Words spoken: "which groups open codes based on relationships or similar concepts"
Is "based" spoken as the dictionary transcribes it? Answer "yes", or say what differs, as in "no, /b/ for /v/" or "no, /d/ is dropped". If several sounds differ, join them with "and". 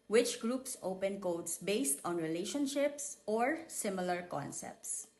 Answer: yes